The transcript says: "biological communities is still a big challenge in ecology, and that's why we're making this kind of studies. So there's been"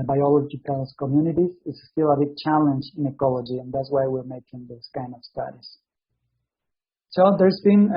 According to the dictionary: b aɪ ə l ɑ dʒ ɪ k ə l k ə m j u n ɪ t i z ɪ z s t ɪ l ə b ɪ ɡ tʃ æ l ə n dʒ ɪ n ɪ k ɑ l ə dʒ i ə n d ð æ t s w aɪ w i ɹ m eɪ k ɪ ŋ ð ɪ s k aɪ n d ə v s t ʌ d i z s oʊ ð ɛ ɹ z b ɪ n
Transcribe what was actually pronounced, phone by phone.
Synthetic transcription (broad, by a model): b aɪ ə l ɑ dʒ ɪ k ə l k ə m j u n ɪ t i z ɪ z s t ɪ l ə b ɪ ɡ tʃ æ l ə n dʒ ɪ n ɪ k ɑ l ə dʒ i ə n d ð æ t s w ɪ w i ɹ m eɪ k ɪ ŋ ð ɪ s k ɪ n ə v s t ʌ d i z s oʊ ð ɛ ɹ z b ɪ n